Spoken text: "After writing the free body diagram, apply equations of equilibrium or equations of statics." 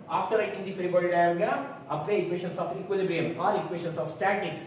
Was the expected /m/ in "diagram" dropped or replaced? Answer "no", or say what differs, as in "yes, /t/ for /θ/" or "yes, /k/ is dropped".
yes, /m/ is dropped